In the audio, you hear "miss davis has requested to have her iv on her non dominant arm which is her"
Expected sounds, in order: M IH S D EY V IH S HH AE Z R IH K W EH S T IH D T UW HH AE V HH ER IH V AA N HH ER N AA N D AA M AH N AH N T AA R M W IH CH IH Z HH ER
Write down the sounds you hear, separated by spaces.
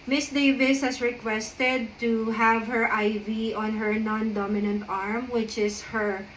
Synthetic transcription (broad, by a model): M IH S D EY V IH S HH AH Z R IH K W EH S T IH D T UW HH AE V HH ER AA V AA N HH ER N AA N D AA M AH N AH N T AA R M W IH CH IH S HH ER